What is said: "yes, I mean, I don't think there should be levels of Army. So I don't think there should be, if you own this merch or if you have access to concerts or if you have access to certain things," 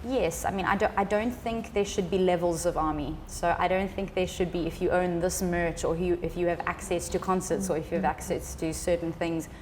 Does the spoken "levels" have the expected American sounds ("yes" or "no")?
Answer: yes